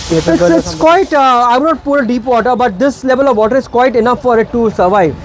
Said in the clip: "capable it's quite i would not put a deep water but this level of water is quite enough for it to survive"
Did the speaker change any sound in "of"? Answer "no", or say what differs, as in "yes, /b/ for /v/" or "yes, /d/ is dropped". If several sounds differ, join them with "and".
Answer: no